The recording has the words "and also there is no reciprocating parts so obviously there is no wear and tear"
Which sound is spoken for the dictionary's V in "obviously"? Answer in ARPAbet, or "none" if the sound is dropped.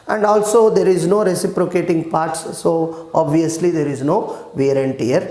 V